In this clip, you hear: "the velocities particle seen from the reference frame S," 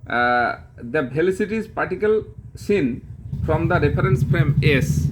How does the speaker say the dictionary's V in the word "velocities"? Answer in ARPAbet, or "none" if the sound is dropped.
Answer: B